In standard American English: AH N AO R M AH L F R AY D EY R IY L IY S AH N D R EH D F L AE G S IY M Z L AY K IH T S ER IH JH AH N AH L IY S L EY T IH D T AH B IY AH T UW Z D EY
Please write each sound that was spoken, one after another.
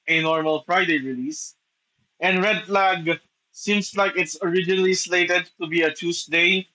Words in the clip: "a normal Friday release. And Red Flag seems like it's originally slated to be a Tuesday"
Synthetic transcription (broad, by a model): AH N AO R M AH L F R AY D EY R IY L IY S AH N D R EH D F L AE G S IY M S L AY K IH T S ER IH JH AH N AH L IY S L EY T IH D T AH B IY AH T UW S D EY